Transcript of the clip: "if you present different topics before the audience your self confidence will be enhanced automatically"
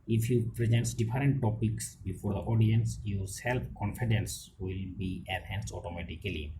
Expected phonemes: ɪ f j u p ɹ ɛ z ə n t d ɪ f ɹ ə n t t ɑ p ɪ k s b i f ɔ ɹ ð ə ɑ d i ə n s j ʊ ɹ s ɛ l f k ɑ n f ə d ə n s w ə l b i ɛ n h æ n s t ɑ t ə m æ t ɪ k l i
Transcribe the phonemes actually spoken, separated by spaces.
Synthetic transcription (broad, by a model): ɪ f j u p ɹ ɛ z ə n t d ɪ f ɹ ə n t t ɑ p ɪ k s b i f ɔ ɹ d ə ɑ d i ə n s j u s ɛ l p k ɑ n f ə d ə n s w ə l b i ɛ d h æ n s t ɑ t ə m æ t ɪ k l i